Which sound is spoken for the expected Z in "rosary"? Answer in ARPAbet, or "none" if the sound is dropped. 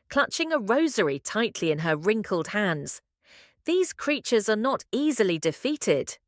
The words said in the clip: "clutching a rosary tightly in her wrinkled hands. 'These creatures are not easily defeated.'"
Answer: Z